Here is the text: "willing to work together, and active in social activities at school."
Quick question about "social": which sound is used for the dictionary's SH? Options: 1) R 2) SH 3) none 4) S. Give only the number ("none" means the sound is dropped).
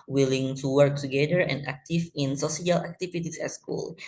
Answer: 4